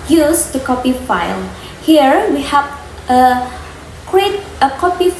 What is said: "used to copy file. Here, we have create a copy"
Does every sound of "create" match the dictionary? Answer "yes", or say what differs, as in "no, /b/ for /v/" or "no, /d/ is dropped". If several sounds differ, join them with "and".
yes